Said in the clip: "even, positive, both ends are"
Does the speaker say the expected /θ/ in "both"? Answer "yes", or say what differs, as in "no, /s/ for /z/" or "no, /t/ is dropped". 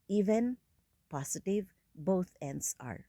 no, /t/ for /θ/